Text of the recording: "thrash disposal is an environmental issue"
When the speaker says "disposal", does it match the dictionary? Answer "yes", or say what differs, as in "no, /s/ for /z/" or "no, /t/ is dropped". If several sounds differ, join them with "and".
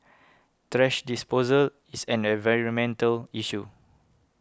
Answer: yes